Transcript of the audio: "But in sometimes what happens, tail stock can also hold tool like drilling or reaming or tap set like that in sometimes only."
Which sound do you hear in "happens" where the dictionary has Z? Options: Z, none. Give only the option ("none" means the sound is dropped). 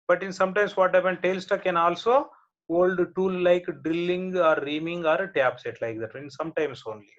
none